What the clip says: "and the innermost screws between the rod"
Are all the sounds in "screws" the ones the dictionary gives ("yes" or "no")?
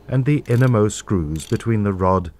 yes